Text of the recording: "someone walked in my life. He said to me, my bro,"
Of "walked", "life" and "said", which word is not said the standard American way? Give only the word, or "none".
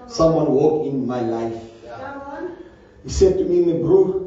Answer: walked